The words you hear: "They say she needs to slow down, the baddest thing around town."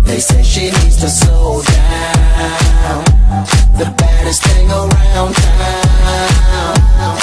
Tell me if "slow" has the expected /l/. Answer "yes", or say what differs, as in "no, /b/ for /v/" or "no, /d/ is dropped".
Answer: no, /l/ is dropped